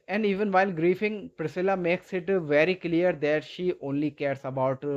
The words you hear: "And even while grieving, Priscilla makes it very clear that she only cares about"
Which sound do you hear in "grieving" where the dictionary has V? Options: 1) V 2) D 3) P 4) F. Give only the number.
4